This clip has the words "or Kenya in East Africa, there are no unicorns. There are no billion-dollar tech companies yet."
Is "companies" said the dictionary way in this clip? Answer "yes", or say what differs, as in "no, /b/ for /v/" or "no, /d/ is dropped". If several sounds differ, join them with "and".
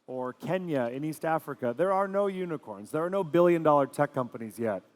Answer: yes